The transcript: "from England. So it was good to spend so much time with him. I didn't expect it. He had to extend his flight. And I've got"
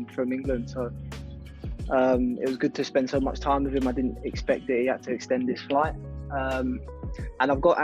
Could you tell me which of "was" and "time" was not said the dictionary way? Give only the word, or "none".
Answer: none